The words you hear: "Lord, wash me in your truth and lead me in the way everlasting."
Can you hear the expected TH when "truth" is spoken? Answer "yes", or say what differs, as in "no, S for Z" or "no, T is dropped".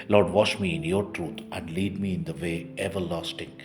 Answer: no, T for TH